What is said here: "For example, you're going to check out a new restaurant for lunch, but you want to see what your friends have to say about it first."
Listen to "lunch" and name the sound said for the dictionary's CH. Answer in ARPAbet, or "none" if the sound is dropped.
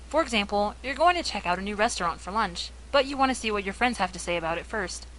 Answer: CH